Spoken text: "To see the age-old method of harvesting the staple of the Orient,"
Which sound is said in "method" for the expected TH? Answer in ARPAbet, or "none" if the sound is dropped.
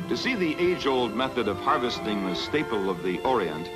TH